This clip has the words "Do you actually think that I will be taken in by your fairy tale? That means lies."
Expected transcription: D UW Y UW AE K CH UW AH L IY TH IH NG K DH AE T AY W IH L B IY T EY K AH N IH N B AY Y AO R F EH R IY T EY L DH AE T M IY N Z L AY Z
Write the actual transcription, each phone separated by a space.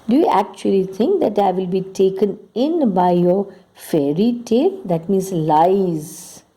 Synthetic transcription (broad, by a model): D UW Y UW AE K CH UW AH L IY T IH NG K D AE T AY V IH L B IY T EY K AH N IH N B AY Y AO R F EH R IY T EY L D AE T M IY N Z L AY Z